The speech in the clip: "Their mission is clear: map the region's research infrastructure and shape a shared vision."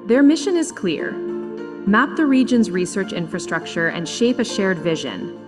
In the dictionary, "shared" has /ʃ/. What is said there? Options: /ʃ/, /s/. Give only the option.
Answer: /ʃ/